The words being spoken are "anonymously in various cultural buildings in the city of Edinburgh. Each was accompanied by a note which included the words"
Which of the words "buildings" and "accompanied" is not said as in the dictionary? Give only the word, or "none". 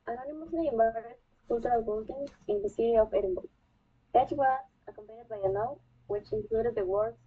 buildings